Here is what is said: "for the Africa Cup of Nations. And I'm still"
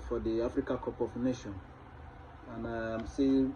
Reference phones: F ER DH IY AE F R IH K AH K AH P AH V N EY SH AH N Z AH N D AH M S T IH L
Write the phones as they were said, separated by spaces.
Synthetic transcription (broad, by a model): F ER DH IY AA F R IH K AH K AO P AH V N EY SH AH N AH N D AH M S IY